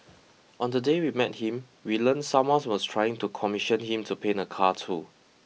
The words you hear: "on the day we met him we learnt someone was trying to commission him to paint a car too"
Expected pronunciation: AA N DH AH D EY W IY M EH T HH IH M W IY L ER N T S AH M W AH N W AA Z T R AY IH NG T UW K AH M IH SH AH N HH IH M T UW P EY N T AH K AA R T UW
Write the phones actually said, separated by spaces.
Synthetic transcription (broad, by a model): AA N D AH D EY W IY M EH T HH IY M W IY L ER N S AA M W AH N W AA S T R AY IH NG T UW K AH M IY SH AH N HH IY M T UW P EY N AH K AA T UW